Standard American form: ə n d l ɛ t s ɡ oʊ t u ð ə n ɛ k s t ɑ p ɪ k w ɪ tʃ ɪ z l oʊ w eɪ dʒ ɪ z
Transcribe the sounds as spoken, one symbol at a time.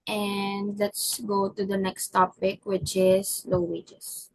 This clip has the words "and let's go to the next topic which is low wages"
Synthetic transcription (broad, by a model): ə n d l ɛ t s ɡ oʊ t u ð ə n ɛ k s t ɑ p ɪ k w ɪ tʃ ɪ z l oʊ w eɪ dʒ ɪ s